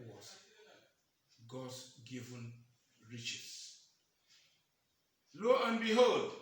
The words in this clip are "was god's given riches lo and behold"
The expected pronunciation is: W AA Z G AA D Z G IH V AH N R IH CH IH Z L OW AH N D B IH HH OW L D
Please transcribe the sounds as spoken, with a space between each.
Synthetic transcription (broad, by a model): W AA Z G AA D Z G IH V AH N R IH CH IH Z L OW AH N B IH HH OW L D